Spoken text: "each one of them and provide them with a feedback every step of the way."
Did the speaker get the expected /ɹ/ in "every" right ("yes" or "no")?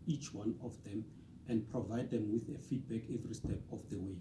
yes